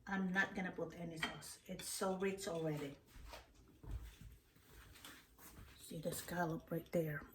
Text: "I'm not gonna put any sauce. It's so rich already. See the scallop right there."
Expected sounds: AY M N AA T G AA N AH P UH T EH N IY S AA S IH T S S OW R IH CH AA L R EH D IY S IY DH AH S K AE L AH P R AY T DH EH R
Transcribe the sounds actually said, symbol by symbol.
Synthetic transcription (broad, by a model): AY M N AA T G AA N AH B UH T EH N IY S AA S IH T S S OW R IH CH AA L R EH D IY S IY DH AH S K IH L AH P R AY T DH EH R